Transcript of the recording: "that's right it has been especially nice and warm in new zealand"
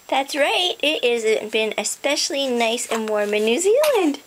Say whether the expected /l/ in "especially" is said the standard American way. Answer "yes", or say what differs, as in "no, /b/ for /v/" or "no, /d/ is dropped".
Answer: yes